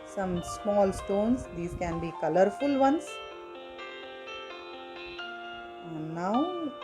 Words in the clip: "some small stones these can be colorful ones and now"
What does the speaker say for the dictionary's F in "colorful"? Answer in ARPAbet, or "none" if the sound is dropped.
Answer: F